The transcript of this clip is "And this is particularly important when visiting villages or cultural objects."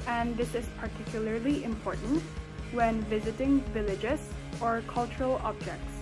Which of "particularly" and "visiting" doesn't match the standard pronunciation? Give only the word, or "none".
none